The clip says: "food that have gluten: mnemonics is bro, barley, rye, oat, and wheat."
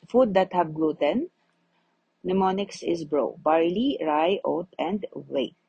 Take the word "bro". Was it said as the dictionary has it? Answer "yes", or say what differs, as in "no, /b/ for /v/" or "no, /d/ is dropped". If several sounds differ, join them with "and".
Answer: yes